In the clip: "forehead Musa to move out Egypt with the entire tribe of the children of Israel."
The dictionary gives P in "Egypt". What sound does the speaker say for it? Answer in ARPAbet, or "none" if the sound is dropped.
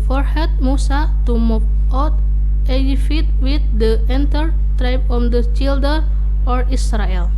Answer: F